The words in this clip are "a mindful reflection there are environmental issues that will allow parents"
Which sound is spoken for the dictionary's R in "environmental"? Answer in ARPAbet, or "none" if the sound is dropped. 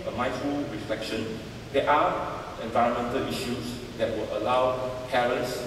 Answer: R